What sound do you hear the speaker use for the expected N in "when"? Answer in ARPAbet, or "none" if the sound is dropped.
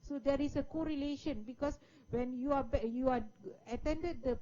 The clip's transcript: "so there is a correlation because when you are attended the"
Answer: N